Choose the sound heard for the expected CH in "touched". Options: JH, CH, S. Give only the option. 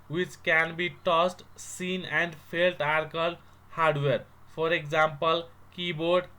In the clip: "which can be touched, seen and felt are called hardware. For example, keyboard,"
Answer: S